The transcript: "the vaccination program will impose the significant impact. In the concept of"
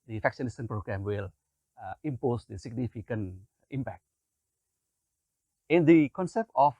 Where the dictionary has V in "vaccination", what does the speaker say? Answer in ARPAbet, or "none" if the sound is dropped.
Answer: F